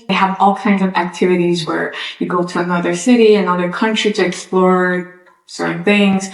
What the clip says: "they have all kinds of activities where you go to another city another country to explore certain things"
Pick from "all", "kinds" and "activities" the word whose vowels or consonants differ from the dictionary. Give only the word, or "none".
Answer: none